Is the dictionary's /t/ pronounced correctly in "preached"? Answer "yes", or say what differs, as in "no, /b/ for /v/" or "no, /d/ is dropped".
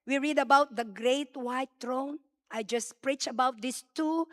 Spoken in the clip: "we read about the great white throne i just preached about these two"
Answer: no, /t/ is dropped